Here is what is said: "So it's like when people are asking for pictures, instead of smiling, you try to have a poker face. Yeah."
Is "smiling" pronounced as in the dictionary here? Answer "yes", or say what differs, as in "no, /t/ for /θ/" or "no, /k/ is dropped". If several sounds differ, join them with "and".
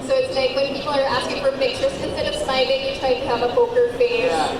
no, /m/ is dropped